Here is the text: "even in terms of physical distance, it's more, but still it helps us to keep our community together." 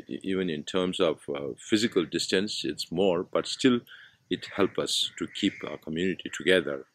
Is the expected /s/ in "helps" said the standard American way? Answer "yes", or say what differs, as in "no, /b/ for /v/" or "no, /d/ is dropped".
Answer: no, /s/ is dropped